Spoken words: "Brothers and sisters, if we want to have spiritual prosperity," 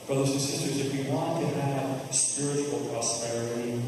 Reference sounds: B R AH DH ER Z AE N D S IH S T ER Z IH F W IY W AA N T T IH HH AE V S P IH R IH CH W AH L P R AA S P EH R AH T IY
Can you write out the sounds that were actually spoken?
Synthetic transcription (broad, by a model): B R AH DH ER Z N S IH S T ER Z IH F W IY W AA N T T IH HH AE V S P IH R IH CH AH L P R AA S P EH R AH T IY